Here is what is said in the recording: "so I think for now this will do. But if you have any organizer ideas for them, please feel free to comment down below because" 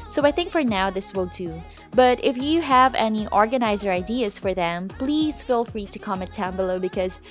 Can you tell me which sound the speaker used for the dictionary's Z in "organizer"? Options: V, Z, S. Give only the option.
Z